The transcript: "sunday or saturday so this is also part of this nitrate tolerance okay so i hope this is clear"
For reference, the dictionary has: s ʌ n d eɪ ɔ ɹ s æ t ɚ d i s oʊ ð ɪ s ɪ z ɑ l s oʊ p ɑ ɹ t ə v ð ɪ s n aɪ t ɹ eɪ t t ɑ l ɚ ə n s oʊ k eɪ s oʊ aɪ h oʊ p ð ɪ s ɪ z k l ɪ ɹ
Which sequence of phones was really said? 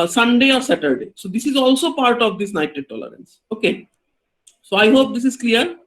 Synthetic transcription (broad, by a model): s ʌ n d eɪ ɔ ɹ s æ t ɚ d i s oʊ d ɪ s ɪ z ɑ l s oʊ p ɑ ɹ t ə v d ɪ s n aɪ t eɪ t t ɑ l ɚ ə n s oʊ k eɪ s oʊ aɪ h oʊ p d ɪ s ɪ z k l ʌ ɹ